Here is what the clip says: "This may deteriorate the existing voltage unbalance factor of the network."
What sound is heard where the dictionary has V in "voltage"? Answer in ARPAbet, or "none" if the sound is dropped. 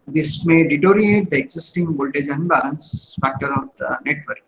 B